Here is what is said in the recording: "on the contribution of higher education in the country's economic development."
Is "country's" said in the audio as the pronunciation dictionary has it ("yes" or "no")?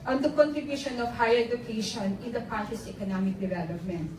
no